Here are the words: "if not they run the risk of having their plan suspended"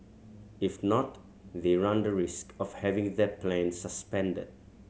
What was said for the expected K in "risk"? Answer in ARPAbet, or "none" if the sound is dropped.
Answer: K